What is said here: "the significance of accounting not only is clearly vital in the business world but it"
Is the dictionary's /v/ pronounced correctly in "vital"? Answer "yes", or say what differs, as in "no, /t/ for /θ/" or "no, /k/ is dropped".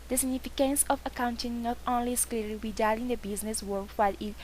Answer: no, /b/ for /v/